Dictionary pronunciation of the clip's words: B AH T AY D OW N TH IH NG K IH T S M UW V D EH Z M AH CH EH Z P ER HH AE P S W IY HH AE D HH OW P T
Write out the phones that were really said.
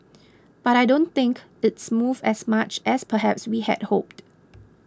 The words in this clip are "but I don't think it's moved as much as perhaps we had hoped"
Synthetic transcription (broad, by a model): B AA T AY D OW N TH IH NG K IH T S M UW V EH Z M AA CH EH S P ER HH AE P S W IY HH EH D HH OW P T